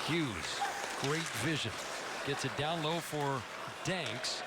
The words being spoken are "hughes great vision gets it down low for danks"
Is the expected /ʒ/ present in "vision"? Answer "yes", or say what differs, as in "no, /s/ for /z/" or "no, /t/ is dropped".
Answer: yes